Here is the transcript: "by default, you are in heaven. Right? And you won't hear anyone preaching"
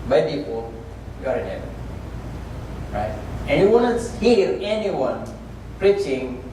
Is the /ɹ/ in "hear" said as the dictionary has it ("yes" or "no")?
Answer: yes